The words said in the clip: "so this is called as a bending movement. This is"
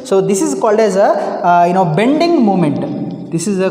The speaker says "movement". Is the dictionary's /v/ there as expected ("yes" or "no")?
no